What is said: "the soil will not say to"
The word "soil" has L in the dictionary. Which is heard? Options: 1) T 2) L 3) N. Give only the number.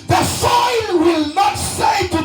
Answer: 3